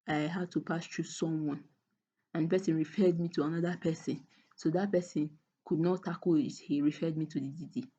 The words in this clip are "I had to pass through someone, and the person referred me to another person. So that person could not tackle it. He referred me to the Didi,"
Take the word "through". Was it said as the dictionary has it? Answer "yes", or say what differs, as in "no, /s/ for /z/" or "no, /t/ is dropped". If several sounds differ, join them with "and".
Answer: no, /t/ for /θ/